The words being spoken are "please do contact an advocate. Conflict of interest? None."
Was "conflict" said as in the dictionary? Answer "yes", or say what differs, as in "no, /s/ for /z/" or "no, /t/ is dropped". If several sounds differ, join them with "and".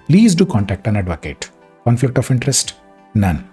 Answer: yes